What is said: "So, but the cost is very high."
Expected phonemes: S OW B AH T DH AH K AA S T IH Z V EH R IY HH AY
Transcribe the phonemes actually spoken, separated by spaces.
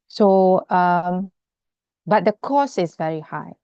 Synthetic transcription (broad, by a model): S OW B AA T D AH K AA S IH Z V EH R IY HH AY